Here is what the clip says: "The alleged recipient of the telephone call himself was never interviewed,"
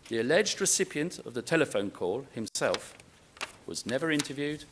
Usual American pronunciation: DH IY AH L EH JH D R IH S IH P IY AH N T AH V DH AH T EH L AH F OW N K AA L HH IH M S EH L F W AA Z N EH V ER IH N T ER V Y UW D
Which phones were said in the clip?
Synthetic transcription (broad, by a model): DH IY AH L EH JH D R IH S IH P IY AH N T AH V DH AH T EH L AH F OW N K AA L HH IH M S EH L F W AA Z N EH V ER IH N T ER V Y UW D